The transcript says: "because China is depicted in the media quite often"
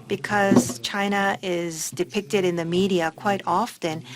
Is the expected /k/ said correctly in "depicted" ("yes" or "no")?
yes